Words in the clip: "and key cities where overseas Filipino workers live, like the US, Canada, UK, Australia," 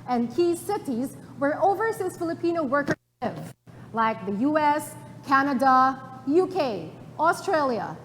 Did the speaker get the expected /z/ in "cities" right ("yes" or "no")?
yes